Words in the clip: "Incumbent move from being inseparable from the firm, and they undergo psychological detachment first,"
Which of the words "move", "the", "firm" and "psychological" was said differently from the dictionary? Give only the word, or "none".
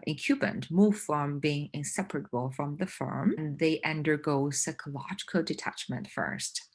none